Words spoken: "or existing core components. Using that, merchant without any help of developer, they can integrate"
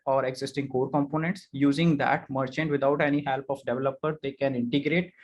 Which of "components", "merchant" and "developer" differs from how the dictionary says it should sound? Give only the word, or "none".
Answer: none